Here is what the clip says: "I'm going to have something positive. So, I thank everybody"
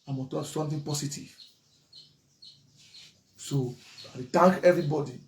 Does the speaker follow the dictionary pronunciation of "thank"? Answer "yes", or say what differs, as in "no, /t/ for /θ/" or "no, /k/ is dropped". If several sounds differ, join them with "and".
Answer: no, /t/ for /θ/